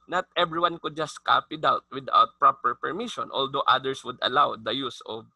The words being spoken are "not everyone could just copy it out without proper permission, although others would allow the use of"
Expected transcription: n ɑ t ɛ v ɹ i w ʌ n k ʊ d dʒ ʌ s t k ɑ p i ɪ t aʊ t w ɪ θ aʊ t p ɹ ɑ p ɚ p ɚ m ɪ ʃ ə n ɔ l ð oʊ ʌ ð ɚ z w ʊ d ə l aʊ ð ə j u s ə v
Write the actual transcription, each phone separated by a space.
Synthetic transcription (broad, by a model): n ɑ t ɛ b ɹ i w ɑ n k ʊ d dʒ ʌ s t k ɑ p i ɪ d aʊ t w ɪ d aʊ t p ɹ ɑ p ɚ p ɚ m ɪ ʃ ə n ɔ l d oʊ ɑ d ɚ s w ʊ d ə l aʊ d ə j u s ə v